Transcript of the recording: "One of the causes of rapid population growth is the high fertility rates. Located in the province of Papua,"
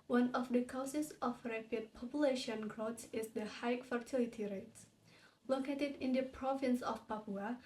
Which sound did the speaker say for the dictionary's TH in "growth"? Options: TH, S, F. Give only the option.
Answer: S